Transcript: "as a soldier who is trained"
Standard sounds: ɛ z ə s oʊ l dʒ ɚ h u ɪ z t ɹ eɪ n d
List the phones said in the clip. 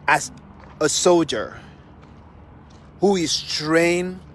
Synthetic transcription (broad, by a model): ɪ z ə s oʊ l dʒ ɚ h u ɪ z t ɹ eɪ n